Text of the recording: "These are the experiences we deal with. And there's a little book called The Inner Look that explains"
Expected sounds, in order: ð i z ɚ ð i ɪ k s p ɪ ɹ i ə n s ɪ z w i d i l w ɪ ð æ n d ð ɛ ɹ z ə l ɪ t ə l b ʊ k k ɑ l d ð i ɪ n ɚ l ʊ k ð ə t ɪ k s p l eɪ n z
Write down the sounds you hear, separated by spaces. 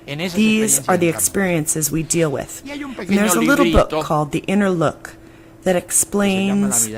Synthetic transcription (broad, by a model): ð i z ɚ ð i ɪ k s p ɪ ɹ i ə n s ɪ z w i d i l w ɪ ð n ð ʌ ɹ z ə l ɪ t l b ʊ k k ɑ l d ð i ɪ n ɚ l ʊ k ð ə t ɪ k s p l eɪ n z